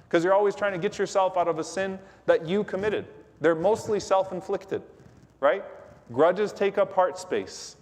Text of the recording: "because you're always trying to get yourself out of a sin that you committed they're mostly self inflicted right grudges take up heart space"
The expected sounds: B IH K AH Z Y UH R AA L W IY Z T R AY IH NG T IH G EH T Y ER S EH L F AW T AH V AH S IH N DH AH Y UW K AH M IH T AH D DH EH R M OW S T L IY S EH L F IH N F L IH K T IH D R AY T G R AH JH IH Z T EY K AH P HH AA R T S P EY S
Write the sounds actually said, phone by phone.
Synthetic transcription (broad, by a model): K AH Z Y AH R AA L W IY Z T R AY IH NG T IH G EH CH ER S EH L F AW T AH V AH S IH N DH AH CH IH K AH M IH T AH D DH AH R M OW S T L IY S EH L F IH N F L IH K T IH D R AY T G R AH JH IH Z T EY K AH P HH AA R T S P EY S